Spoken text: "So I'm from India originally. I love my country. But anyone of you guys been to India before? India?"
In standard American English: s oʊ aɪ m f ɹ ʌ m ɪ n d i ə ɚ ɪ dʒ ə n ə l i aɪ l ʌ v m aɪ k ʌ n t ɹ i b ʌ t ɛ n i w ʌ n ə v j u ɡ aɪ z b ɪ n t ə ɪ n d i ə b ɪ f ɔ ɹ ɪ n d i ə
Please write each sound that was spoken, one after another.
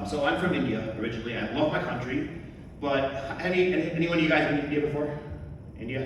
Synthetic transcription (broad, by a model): s oʊ aɪ m f ɹ ʌ m ɪ n d i ə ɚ ɪ dʒ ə n l i aɪ l ʌ v m aɪ k ʌ n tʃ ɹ i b ʌ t ɛ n i w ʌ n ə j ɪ ɡ aɪ z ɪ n ɪ n d i ə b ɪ f ɔ ɹ ɪ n d i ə